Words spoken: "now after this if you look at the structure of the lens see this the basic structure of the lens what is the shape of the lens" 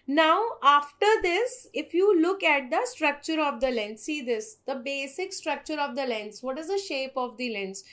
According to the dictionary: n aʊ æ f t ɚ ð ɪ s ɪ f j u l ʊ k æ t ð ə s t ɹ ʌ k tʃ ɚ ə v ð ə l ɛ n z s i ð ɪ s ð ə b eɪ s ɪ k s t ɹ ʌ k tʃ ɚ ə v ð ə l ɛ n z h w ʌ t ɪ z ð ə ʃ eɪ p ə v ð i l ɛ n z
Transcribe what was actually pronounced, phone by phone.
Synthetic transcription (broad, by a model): n aʊ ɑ f t ɚ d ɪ s ɪ f j u l ʊ k æ t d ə s t ɹ ʌ k tʃ ɚ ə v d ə l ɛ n s i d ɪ s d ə b eɪ s ɪ k s t ɹ ʌ k tʃ ɚ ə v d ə l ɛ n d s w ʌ t ɪ z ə ʃ eɪ p ə v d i l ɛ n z